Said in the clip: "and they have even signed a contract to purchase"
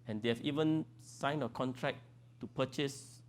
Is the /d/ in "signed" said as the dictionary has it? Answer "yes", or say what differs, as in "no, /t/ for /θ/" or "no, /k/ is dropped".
no, /d/ is dropped